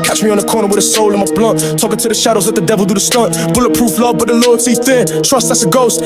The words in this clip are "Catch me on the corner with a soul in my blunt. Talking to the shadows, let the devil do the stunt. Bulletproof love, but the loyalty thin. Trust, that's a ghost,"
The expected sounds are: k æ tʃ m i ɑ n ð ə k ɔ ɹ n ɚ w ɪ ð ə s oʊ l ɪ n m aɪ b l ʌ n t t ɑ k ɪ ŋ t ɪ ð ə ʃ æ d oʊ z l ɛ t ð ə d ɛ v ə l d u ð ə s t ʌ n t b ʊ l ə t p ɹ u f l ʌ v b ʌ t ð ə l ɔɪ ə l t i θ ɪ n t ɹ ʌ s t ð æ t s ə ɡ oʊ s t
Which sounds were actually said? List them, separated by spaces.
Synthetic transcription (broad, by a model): k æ tʃ m i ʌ n ð ə k ɔ ɹ n ɚ w ɪ ð ə s oʊ l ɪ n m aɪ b l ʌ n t t ɑ k ɪ ŋ t ɪ ð ə ʃ æ d oʊ z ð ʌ t ð ə d ɛ v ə l d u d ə s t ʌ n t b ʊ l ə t p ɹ u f l ʌ v b ʌ t ð ə l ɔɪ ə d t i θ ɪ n t ɹ ʌ s t ð æ t s ə ɡ oʊ s t